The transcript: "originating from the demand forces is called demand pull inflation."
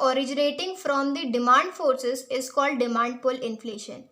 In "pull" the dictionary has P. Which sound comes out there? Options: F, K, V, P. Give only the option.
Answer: P